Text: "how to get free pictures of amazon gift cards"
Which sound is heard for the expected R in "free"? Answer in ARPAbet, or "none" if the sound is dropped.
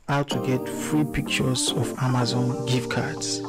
R